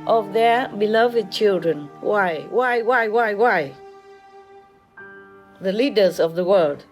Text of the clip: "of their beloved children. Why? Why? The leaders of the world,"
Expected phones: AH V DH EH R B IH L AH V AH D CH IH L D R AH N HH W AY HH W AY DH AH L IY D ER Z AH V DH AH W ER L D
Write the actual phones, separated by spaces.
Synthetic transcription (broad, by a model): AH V DH EH R B IH L AH V AH D CH IH L D R AH N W W AY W W AY DH AH L IY D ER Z AH V DH AH W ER L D